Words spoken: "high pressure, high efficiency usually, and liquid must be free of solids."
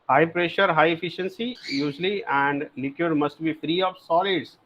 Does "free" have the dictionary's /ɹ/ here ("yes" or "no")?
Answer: yes